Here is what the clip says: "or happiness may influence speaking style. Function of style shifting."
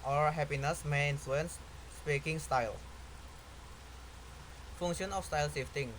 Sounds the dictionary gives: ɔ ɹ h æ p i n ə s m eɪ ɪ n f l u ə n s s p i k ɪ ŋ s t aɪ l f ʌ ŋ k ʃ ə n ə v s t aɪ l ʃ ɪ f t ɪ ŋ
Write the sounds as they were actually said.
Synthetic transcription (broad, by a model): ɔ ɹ h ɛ p i n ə s m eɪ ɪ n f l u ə n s s p i k ɪ ŋ s t aɪ l f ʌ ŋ ʃ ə n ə f s t aɪ l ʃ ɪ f t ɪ ŋ